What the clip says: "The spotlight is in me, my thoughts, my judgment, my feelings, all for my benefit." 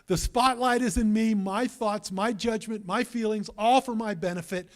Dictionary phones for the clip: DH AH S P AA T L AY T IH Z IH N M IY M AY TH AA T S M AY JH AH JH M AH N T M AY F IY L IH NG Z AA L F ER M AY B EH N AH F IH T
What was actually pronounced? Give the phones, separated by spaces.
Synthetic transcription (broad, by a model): DH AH S P AA T L AY T IH Z IH N M IY M AY TH AA T S M AY JH AH JH M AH N M AY F IY L IH NG Z AA L F ER M AY B EH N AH F IH T